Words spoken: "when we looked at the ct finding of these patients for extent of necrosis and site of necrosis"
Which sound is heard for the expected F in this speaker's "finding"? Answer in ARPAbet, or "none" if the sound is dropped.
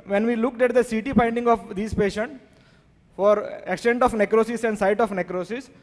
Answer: P